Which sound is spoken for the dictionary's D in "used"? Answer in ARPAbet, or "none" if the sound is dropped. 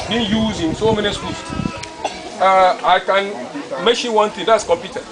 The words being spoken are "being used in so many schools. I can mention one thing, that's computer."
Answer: none